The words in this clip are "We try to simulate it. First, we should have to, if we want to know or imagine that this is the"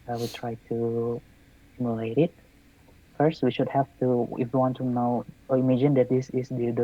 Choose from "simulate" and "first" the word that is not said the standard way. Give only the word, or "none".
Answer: none